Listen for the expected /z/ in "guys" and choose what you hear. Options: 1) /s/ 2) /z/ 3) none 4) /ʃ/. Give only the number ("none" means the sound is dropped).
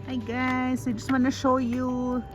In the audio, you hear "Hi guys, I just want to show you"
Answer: 1